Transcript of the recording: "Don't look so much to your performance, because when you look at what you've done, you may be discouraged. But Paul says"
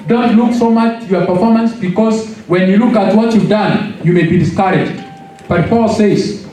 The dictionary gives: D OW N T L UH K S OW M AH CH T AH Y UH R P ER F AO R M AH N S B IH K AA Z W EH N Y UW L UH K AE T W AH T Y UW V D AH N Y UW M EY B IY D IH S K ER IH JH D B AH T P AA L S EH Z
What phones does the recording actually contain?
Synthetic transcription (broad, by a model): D OW N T L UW K S OW M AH CH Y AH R P ER F AO R M AH N S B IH K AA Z W EH N Y UW L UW K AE T W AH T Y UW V D AH N Y UW M EY B IY D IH S K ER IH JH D B AH T P AA L S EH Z